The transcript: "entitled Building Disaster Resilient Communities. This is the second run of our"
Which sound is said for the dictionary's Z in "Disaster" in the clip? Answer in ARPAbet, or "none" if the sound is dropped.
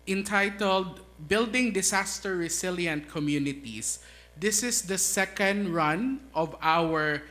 S